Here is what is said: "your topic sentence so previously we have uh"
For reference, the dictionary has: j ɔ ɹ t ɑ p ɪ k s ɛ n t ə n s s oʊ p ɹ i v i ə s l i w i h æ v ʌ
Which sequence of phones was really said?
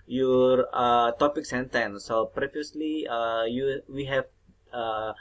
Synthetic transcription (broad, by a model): j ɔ ɹ t ɑ p ɪ k s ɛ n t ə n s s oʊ p ɹ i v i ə s l i w i h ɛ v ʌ